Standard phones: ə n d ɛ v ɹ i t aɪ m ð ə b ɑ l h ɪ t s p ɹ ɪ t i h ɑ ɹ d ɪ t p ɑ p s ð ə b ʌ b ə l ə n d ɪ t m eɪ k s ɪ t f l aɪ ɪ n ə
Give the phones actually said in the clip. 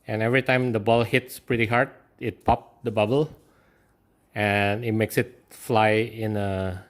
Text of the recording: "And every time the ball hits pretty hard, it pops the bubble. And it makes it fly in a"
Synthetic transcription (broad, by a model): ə n ɛ v ɹ i t aɪ m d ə b ɑ l h ɪ t s p ɹ ɪ t i h ɑ ɹ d ɪ t p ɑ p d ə b ʌ b ə l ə n ɪ t m eɪ k s ɪ t f l aɪ ɪ n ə